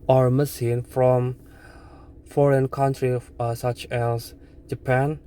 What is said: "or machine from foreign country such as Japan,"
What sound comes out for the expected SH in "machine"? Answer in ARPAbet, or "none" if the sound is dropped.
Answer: S